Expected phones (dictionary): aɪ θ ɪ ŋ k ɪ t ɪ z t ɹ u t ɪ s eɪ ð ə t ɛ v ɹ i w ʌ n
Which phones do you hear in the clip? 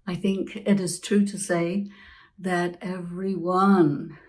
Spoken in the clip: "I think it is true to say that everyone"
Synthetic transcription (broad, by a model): aɪ θ ɪ ŋ k ɪ t ɪ z t ɹ u t ɪ s eɪ ð ə t ɛ v ɹ i w ʌ n